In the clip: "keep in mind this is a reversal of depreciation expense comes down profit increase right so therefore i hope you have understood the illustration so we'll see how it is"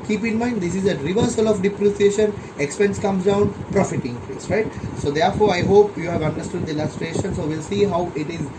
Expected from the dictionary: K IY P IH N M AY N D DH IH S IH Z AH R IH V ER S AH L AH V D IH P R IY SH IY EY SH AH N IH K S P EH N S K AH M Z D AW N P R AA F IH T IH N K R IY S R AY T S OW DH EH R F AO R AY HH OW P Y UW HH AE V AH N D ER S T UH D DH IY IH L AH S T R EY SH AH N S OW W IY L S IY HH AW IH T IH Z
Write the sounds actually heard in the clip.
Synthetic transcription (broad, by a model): K IY P IH N M AY N D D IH S IH Z AH R IH V ER S AH L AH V D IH P R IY S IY EY SH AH N IH K S P EH N S K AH M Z D AW N P R AA F IH T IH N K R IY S R AY T S OW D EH R F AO R AY HH OW P Y UW HH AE V AH N D ER S T UH D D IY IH L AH S T R EY SH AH N S OW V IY L S IY HH AW IH T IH Z